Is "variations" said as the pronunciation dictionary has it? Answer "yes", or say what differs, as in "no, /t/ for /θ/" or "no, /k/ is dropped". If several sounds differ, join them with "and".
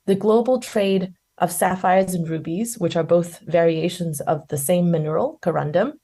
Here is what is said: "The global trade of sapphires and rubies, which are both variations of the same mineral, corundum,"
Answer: yes